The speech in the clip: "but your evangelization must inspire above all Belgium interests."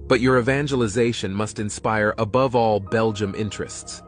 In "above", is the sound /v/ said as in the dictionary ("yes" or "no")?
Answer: yes